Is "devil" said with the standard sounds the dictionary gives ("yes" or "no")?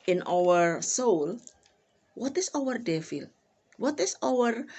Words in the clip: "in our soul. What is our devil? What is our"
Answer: no